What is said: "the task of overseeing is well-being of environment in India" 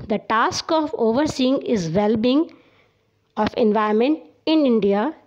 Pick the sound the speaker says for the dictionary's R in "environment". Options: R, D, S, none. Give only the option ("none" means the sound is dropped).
none